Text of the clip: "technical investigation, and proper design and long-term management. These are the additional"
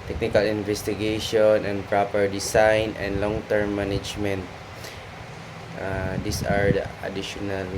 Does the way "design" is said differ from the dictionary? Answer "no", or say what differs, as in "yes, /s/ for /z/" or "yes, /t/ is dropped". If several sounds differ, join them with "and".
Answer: yes, /s/ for /z/